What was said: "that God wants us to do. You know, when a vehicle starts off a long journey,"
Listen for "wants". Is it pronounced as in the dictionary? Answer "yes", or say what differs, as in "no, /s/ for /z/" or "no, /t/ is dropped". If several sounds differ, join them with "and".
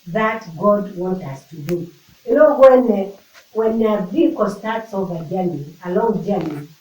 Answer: no, /s/ is dropped